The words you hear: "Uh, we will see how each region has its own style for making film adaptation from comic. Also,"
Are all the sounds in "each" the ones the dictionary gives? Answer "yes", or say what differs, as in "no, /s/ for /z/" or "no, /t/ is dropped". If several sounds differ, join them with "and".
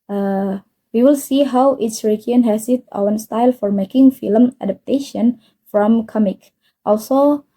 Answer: no, /s/ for /tʃ/